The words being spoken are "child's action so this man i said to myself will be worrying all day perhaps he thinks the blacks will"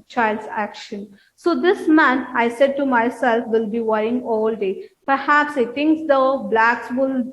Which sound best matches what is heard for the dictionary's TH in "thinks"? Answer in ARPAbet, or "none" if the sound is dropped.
T